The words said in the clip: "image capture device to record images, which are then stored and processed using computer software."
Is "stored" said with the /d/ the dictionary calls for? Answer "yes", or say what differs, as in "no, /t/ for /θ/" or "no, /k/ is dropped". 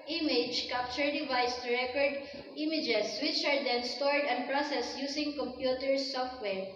yes